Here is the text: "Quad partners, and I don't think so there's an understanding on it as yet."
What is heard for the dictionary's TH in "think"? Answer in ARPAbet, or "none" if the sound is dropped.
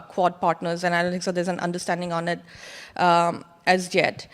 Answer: T